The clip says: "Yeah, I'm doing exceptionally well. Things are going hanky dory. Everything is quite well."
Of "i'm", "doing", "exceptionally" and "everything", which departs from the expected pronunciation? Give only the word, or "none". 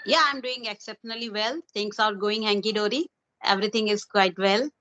everything